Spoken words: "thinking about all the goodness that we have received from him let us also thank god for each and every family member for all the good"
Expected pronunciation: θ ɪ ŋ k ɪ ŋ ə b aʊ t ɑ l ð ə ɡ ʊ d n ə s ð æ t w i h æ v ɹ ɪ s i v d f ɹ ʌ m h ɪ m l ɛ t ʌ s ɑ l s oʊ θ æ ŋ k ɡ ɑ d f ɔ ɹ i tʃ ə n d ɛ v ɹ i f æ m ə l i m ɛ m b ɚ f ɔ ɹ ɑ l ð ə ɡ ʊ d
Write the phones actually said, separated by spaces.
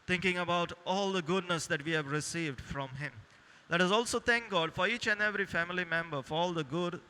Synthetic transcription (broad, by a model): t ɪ ŋ k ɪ ŋ ə b aʊ t ɑ l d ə ɡ ʊ d n ə s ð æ t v i h æ v ɹ ɪ s i v d f ɹ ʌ m h ɪ m l ɛ t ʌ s ɑ l s oʊ t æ ŋ k ɡ ɑ d f ɔ ɹ i tʃ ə n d ɛ v ɹ i f æ m ə l i m ɛ m b ɚ f ɔ ɹ ɑ l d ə ɡ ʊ d